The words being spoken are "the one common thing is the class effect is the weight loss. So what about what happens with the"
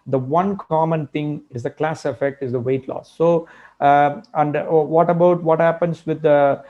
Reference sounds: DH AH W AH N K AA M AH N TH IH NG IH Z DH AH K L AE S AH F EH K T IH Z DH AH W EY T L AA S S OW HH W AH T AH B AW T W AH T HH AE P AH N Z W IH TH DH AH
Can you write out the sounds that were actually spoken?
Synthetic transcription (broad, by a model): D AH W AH N K AA M AH N T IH NG IH Z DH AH K L AE S AH F EH K T IH Z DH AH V EY T L AA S S OW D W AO T AH B AW T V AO T HH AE P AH N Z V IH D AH